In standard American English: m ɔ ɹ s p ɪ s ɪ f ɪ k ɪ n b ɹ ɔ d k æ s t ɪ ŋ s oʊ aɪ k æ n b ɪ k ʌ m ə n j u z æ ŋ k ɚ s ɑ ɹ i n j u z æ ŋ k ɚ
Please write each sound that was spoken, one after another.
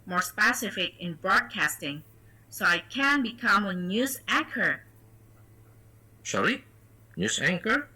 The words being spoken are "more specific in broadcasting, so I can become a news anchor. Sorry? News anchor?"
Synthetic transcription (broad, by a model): m ɔ ɹ s p ɪ s ɪ f ɪ k ɪ n b ɹ ɔ d k æ s t ɪ ŋ s oʊ aɪ k æ n b ɪ k ʌ m ə n j u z æ ŋ k ɚ ʃ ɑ l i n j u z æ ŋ k ɚ